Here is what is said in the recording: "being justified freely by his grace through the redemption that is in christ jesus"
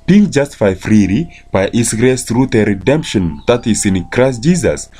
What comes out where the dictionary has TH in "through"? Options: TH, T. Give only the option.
T